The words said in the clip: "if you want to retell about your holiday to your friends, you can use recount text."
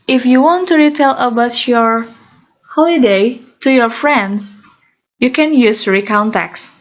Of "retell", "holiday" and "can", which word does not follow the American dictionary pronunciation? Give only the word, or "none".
none